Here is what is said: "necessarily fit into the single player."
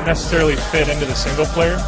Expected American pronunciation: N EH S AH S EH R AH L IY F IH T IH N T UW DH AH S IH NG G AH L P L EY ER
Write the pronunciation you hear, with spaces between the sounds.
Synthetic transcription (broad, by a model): N EH S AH S EH R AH L IY F IH T IH N T UW DH AH S IH NG G L P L EY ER